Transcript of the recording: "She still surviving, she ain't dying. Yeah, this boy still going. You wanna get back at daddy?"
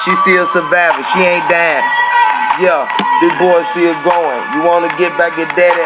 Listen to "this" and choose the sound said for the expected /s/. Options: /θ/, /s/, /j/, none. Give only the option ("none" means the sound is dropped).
none